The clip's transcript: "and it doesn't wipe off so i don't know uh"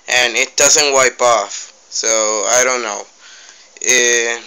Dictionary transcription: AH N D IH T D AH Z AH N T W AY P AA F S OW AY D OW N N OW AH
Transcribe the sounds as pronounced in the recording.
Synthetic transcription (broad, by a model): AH N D IH T D AH Z AH N T W AY P AA F S OW AY D OW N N OW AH